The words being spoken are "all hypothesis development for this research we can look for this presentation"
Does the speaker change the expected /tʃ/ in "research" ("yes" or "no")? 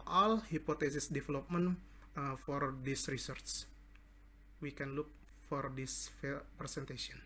yes